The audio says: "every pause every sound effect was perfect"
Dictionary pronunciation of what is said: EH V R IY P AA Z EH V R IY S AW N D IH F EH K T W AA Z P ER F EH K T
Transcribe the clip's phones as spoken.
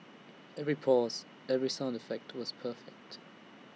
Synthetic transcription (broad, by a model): EH V R IY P AA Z EH V R IY S AW N D IH F EH K T W AA Z P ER F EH K T